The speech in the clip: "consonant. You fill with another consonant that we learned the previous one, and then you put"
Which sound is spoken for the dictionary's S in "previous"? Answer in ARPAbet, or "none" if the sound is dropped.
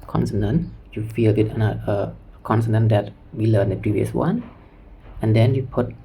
S